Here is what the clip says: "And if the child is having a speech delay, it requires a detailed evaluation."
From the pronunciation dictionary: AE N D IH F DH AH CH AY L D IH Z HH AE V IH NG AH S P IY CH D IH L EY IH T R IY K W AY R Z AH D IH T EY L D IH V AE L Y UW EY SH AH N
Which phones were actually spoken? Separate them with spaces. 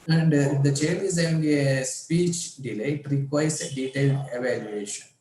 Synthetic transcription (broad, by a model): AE N D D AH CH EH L IH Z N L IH AH S P IY CH D IH L EY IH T R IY K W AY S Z AH D IH T EY L D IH V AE L Y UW EY SH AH N